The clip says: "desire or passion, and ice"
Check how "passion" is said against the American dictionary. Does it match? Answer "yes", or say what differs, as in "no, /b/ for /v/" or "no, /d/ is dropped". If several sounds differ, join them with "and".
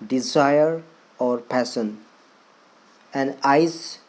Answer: no, /s/ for /ʃ/